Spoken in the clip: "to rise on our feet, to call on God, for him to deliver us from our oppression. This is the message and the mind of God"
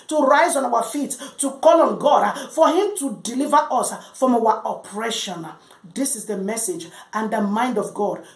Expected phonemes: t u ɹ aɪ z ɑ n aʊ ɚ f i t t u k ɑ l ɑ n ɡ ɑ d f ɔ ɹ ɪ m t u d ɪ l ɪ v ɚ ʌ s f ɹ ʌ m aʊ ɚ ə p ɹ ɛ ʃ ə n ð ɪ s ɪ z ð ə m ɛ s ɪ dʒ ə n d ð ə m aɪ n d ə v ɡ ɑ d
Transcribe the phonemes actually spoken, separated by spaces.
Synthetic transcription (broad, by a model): t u ɹ aɪ z ɑ n aʊ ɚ f i t t u k ɑ l ɑ n ɡ ɑ d f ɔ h ɪ m t u d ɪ l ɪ v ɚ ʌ s f ɹ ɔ m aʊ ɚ ə p ɹ ɛ ʃ ə n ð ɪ s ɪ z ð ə m ɛ s ɪ dʒ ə n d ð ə m aɪ n d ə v ɡ ɑ d